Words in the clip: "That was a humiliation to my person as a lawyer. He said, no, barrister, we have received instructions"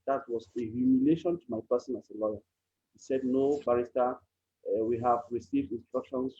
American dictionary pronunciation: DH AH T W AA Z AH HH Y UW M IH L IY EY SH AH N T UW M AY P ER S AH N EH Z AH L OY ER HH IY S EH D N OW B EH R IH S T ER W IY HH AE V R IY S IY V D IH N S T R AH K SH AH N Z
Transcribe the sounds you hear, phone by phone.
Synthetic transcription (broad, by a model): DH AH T W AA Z AH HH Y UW M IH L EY SH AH N T UW M AY P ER S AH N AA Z AH L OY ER HH IY S EH D N OW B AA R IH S T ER W IY HH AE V R IY S IY V D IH N S T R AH K SH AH N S